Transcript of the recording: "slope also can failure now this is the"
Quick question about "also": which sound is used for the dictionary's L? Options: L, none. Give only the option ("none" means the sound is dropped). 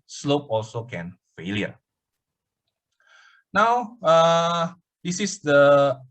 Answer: L